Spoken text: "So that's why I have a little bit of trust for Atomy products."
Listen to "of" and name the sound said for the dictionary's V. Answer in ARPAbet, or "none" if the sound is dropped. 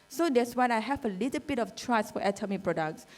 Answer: F